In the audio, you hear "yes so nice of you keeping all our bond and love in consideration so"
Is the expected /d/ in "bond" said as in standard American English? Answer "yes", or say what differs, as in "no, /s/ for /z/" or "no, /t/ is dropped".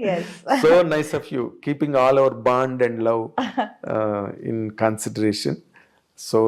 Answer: yes